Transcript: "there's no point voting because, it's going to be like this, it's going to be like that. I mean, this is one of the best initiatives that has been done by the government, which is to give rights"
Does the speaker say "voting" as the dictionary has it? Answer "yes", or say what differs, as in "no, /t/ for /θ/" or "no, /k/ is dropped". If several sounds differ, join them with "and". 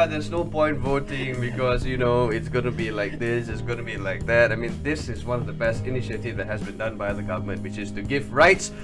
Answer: yes